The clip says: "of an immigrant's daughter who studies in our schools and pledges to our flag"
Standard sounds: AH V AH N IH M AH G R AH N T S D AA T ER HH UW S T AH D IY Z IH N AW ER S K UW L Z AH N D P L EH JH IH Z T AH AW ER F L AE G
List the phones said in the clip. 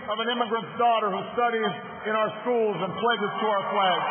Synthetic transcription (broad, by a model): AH V AH N IH M AH G R AH N T S D AA T ER HH UW S T AH D IY Z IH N AW ER S K UW L Z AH N P L EH JH IH Z T AH AW ER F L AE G